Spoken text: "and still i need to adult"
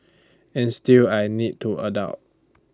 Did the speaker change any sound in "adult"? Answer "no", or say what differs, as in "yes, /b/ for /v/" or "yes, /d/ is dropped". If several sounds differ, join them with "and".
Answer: yes, /l/ is dropped